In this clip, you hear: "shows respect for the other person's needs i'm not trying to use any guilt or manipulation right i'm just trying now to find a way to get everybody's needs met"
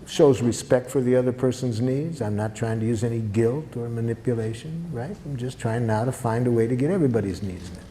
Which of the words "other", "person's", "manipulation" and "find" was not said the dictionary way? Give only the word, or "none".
none